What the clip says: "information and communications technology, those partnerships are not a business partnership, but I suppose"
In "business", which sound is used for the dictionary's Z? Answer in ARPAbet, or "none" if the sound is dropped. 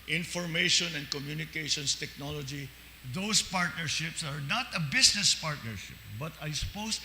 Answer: S